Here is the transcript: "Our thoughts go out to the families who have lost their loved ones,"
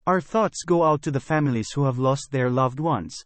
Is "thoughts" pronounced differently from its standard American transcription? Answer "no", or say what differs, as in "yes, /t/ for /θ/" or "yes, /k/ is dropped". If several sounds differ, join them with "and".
no